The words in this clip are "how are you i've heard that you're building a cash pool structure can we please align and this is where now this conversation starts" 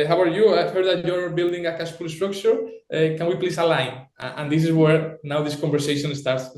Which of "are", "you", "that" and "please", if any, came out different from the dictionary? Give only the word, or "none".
please